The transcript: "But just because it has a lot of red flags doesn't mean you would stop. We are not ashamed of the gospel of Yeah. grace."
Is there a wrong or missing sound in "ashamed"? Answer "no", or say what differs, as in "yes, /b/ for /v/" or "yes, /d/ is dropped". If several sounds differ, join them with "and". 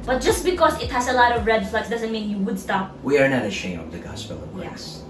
yes, /d/ is dropped